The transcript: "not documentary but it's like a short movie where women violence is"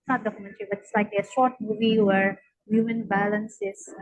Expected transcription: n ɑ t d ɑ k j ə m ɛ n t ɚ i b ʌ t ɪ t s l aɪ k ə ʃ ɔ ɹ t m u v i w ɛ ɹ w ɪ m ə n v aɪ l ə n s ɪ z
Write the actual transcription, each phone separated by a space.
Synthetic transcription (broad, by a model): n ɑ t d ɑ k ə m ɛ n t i b ʌ t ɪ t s l aɪ k ə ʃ ɔ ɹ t m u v i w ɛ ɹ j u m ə n b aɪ l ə n s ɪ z